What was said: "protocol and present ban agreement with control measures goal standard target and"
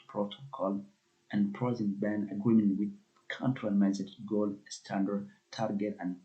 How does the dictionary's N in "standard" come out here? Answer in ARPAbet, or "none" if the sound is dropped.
N